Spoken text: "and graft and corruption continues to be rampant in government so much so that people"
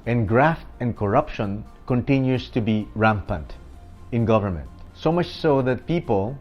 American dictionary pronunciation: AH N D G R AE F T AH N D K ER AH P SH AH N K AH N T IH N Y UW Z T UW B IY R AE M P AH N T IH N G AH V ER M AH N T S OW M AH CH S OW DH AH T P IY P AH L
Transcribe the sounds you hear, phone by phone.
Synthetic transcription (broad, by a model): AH N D G R AE F T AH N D K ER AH P SH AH N K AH N T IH N Y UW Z T UW B IY R AE M P AH N T IH N G AH V ER M AH N T S OW M AH CH S OW DH AH T P IY P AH L